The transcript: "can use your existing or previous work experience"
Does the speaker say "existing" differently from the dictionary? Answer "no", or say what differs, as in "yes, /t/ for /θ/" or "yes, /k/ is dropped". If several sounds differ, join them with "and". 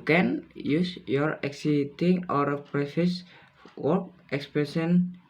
yes, /s/ is dropped